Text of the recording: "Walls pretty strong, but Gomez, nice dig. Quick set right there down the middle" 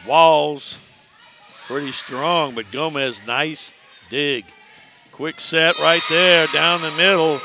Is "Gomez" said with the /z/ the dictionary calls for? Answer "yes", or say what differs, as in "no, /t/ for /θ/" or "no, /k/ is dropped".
yes